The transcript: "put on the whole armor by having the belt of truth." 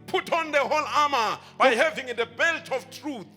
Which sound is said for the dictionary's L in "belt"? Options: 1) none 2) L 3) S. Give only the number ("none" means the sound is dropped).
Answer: 2